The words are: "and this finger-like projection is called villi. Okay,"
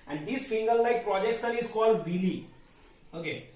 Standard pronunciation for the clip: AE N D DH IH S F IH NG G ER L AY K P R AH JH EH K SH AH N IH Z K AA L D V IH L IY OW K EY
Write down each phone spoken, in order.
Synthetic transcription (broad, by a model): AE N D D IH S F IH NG G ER L AY K P R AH JH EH K S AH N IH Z K AA L D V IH L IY OW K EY